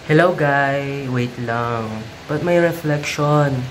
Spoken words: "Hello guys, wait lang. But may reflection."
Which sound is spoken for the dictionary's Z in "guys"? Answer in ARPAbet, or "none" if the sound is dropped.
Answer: none